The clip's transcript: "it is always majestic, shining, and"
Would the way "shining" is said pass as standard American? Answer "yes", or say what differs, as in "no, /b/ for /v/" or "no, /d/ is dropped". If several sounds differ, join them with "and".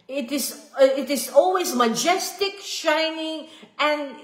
yes